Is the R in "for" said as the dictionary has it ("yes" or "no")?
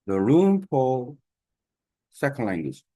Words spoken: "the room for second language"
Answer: no